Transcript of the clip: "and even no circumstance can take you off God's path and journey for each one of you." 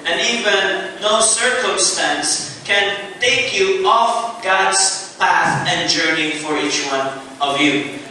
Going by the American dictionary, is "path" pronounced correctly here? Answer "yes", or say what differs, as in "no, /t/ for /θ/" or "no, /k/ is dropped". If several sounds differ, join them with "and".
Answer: yes